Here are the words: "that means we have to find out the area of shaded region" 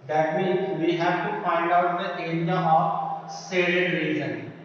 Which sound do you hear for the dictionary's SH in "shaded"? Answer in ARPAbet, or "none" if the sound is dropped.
S